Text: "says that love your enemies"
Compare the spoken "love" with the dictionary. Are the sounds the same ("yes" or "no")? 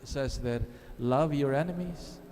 yes